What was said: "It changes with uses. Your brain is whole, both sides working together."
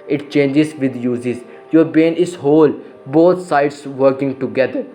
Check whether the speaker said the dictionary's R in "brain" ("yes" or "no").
no